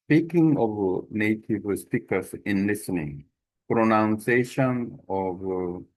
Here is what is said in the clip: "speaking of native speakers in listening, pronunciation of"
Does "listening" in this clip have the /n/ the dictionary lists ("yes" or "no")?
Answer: yes